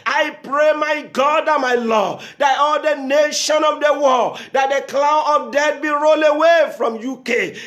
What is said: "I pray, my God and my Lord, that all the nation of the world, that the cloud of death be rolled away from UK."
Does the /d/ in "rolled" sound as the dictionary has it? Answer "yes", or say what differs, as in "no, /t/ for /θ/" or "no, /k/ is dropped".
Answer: no, /d/ is dropped